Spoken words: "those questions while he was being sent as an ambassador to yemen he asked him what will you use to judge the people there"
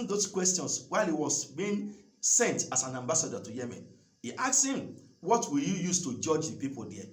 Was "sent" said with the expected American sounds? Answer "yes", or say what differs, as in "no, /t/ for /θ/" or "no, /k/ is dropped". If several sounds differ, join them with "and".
yes